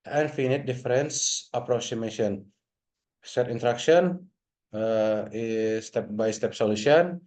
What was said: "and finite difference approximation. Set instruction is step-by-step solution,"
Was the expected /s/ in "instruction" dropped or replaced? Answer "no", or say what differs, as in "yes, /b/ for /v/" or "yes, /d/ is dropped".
yes, /s/ is dropped